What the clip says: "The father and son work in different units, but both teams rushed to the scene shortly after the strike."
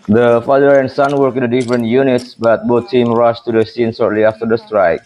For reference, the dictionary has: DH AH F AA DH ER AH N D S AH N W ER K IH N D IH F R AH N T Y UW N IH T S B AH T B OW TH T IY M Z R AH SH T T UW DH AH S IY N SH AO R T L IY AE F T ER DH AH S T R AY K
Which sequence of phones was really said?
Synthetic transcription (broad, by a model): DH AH F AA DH ER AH N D S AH N W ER K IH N D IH F R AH N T Y UW N IH T S B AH T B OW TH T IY M R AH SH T T UW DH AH S IY N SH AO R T L IY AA F T ER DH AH S T R AY K